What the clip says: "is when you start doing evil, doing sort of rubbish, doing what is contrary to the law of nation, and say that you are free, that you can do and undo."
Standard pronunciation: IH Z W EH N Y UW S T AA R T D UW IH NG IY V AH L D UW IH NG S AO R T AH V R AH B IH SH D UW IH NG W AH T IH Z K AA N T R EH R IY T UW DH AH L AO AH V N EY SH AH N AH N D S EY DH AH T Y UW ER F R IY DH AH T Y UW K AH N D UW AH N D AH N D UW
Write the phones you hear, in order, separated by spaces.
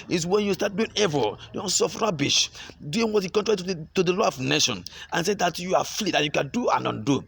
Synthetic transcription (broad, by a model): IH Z W EH N Y UW S T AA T D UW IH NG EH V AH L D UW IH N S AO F R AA B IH SH D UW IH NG W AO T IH K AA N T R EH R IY T UW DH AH L AO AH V N EY SH AH N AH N S EY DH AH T Y UW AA F L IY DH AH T Y UW K AH N D UW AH N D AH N D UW